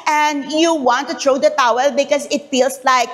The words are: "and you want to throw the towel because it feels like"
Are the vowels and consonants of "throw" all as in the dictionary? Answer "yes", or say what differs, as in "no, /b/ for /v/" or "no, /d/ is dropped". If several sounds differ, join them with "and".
no, /t/ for /θ/